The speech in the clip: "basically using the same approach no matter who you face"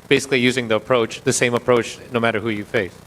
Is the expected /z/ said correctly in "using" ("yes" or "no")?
yes